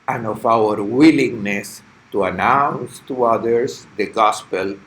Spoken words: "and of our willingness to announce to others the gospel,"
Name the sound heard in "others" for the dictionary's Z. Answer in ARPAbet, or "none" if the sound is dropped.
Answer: S